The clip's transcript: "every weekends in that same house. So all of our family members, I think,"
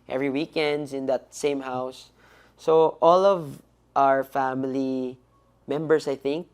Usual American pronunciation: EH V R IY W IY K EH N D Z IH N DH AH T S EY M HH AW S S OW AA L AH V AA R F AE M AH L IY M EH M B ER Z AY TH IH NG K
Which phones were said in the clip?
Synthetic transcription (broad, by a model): EH V R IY W IY K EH N D S IH N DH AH T S EY M HH AW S S OW AA L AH V AA R F AE M AH L IY M EH M B ER S AY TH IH NG K